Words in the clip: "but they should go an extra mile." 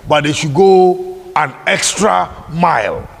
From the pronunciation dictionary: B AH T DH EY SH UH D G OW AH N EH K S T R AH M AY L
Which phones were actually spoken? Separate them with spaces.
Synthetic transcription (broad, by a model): B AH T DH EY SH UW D G OW AH N EH K S T R AH M AY L